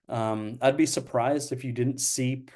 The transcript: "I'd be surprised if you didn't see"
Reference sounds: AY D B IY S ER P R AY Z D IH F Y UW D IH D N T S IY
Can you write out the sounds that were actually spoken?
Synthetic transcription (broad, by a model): AY D B IY S ER P R AY Z D IH F Y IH D IH D N T S IY